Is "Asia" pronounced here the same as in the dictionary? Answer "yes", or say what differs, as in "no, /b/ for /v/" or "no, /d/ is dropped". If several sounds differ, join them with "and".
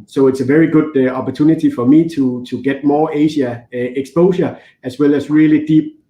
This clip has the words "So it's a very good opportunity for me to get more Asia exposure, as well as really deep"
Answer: no, /ʃ/ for /ʒ/